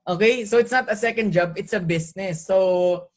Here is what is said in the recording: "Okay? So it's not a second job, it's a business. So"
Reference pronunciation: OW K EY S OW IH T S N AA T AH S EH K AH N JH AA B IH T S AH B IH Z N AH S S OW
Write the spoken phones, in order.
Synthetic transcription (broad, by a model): OW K EY S OW IH T S N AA T AH S EH K AH N JH AA B IH T S AH B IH S N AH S S OW